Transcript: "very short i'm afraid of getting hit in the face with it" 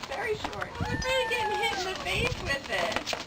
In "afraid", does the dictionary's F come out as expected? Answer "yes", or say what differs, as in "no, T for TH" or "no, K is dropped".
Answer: no, F is dropped